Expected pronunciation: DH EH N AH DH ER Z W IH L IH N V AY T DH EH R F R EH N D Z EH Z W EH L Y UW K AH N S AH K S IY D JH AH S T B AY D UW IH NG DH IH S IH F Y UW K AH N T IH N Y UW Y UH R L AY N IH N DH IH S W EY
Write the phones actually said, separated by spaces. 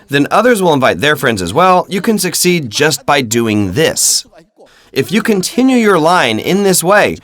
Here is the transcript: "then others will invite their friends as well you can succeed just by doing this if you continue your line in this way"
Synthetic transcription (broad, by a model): DH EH N AH DH ER Z W IH L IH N V AY T DH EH R F R EH N D Z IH Z W EH L Y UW K AH N S AH K S IY D JH AH S T B AY D UW IH NG DH IH S IH F Y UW K AH N T IH N Y UW Y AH R L AY N IH N DH IH S W EY